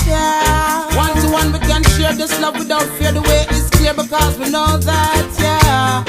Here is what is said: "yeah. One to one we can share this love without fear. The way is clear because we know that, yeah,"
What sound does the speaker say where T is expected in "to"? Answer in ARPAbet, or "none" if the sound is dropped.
S